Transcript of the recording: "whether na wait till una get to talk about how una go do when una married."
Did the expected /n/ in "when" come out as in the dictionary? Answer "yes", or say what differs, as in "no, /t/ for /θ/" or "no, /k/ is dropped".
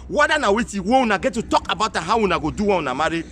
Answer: no, /n/ is dropped